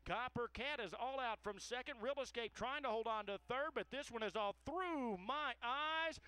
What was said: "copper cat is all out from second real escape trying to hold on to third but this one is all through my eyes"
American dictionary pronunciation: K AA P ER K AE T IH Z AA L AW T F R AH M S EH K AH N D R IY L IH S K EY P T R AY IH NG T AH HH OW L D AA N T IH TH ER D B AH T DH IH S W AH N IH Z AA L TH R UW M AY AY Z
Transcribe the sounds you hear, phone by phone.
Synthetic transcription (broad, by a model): K AA P ER K AE T IH Z AA L AW T F R AH M S EH K AH N D R IY L IH S K EY P T R AY IH NG T AH HH OW L D N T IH TH ER D B AH T DH IH S W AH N IH Z AA L TH R UW M AY AY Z